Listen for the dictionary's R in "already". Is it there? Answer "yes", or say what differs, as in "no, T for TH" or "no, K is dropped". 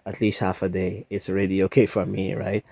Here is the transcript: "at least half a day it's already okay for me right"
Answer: yes